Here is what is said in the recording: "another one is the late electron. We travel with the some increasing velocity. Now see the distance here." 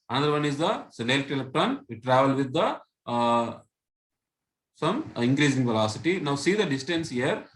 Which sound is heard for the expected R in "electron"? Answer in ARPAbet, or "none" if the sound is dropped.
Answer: none